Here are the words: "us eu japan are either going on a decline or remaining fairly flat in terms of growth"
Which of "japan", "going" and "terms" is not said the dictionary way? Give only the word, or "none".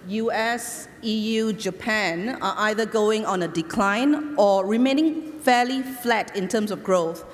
terms